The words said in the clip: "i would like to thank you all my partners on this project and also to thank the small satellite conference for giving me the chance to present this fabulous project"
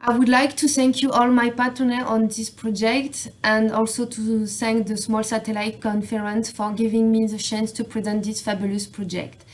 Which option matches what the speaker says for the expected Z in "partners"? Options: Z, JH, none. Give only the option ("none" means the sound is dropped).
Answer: none